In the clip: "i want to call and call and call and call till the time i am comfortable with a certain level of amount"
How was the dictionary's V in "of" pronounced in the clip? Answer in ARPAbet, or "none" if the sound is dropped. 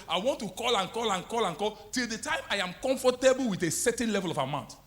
W